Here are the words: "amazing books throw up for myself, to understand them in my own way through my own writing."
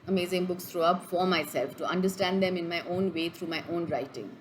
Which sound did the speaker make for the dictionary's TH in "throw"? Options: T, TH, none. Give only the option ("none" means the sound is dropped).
T